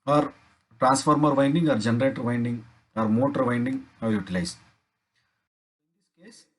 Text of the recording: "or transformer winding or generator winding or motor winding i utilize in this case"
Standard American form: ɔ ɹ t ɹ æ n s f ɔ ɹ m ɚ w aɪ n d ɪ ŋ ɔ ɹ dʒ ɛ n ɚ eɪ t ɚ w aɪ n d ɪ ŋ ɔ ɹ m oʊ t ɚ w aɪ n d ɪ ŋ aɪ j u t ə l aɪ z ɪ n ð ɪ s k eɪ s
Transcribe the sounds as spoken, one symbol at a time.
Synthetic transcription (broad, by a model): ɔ ɹ t ɹ æ n s f ɔ ɹ m ɚ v aɪ n d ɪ ŋ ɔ ɹ dʒ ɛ n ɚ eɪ t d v aɪ n d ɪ ŋ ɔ ɹ m oʊ t ɚ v aɪ n d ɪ ŋ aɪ j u t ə l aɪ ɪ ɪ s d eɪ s